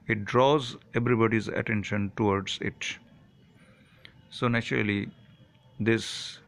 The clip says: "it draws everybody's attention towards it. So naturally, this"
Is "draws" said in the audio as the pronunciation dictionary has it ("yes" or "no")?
yes